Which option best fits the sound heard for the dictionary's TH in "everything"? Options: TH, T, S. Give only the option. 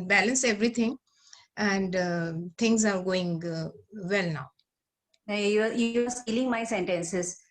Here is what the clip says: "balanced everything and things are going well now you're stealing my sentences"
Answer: T